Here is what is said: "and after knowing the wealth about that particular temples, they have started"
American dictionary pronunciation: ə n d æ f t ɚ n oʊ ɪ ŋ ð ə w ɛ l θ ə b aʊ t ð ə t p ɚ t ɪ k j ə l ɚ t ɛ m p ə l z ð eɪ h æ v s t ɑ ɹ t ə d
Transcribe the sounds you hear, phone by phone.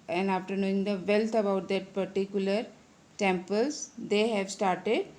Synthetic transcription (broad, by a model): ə n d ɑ f t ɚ n oʊ ɪ ŋ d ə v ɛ l t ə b aʊ t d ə t p ɚ t ɪ k j ə l ɚ t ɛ m p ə l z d eɪ h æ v s t ɑ ɹ t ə d